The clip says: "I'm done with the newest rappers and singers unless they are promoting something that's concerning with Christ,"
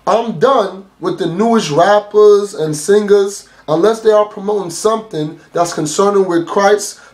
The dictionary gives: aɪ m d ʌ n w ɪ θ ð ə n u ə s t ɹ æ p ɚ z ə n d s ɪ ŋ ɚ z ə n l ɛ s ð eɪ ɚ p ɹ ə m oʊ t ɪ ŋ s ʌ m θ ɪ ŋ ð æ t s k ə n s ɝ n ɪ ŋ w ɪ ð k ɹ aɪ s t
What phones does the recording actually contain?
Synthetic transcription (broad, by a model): aɪ m d ʌ n w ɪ ð ə n u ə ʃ ɹ æ p ɚ z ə n s ɪ ŋ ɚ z ə n l ɛ s ð eɪ ɚ p ɹ ə m oʊ t ɪ ŋ s ʌ m θ ɪ ŋ ð æ t s k ə n s ɝ n ɪ ŋ w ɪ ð k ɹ aɪ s